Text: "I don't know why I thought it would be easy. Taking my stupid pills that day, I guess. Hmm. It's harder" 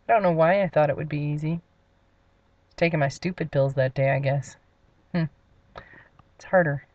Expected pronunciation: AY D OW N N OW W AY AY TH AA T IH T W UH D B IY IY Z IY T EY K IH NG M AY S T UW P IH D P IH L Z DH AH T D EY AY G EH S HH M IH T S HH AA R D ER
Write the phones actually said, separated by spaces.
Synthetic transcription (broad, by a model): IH D OW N N OW W AY AY TH AA T IH T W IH D B IY IY Z IY T EY K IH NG M AY S T UW P IH D P IH L Z DH AH T D EY AY G EH S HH M IH T S HH AA R D ER